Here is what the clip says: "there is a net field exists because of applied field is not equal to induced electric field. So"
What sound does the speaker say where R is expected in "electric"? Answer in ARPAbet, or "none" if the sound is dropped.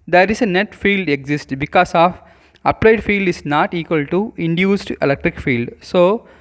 R